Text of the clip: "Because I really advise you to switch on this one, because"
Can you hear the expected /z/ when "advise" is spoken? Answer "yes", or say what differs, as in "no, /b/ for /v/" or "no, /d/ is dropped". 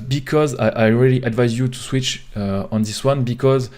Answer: yes